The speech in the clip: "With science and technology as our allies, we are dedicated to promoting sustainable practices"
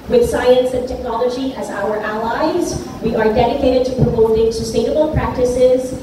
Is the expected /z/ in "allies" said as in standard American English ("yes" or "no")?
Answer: yes